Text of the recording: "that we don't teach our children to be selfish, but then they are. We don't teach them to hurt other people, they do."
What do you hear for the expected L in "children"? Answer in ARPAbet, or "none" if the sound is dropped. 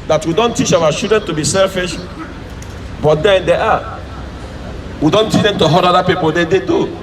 none